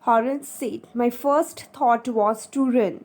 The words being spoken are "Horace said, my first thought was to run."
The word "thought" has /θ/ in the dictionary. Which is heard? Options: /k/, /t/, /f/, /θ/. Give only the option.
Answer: /t/